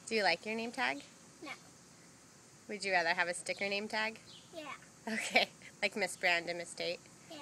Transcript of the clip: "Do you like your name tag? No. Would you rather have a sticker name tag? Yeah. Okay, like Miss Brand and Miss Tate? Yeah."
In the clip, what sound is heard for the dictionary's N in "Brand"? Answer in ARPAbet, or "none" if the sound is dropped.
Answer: N